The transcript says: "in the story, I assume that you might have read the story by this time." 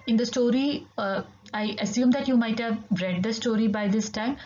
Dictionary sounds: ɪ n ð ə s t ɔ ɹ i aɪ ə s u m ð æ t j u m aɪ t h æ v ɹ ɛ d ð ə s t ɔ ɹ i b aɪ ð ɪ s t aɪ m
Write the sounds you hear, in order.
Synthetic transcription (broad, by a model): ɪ n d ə s t ɔ ɹ i aɪ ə s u m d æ t j u m aɪ t h æ v ɹ ɛ d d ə s t ɔ ɹ i b aɪ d ɪ s t aɪ m